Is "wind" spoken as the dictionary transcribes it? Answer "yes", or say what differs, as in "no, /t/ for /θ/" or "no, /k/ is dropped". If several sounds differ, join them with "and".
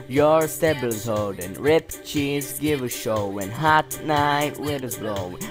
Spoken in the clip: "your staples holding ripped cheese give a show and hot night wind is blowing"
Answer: no, /n/ is dropped